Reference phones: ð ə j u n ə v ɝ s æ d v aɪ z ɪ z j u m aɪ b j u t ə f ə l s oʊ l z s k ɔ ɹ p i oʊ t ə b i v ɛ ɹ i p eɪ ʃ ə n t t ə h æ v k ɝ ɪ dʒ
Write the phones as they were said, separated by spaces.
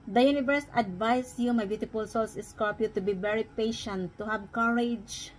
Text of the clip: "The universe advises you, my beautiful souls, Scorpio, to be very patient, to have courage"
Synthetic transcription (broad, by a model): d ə j u n ə v ɝ s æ d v aɪ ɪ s j u m aɪ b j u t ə p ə l s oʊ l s s k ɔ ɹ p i t ə b i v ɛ ɹ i p eɪ ʃ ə n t t ə h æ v k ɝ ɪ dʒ